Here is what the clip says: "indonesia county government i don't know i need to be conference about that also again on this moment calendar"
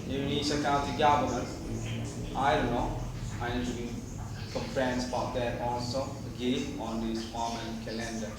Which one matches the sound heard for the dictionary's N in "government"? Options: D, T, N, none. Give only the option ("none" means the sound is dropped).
none